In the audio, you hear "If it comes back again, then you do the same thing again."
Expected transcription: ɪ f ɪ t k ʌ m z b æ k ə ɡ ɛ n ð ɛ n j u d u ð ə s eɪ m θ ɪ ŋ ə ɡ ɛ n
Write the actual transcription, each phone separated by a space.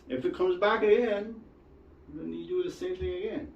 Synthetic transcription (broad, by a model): ɪ f ɪ t k ʌ m z b æ k ə ɡ ɛ n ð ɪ n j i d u ð ə s eɪ m θ ɪ ŋ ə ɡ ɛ n